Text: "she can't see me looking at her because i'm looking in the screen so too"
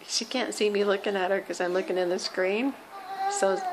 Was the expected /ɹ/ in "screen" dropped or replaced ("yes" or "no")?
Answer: no